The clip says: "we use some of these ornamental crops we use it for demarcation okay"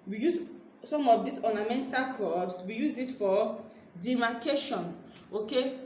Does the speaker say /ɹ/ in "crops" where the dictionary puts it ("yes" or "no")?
no